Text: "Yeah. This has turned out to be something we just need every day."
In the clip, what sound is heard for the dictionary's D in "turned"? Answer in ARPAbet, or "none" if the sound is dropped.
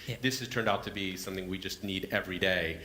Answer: D